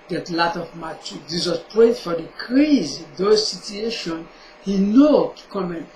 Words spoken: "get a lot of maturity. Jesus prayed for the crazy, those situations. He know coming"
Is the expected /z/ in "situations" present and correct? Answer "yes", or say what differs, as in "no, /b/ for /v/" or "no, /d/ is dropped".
no, /z/ is dropped